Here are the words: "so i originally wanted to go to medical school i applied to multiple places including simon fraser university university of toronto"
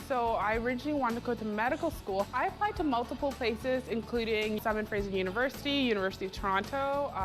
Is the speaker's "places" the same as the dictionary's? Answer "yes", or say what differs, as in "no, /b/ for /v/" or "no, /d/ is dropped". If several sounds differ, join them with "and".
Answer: yes